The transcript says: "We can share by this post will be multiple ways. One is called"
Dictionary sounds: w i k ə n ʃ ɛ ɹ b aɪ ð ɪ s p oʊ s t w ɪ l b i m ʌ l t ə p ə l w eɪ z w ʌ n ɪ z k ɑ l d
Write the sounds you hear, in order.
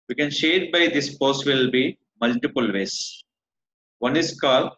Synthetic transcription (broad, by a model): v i k ə n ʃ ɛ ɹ b aɪ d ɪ s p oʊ s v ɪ l b i m ʌ l t ə p ə l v eɪ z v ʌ n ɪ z k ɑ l